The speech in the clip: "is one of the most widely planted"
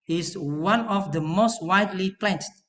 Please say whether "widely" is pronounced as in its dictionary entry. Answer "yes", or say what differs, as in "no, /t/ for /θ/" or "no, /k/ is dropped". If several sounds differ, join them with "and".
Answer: yes